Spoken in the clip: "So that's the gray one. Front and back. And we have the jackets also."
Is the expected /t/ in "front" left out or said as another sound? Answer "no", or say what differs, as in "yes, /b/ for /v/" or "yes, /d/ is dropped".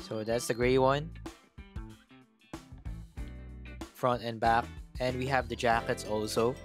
no